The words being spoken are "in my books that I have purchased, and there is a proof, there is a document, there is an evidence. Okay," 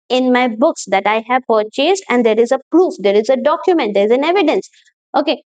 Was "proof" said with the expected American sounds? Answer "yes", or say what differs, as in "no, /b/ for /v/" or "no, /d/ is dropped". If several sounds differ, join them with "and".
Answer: yes